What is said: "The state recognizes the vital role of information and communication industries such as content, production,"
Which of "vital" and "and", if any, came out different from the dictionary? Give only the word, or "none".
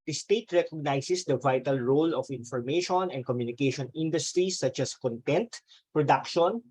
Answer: none